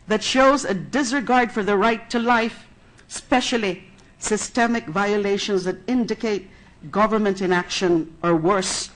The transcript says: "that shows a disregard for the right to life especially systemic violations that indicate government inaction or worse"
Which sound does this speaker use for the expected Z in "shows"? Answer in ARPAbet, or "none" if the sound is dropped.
Z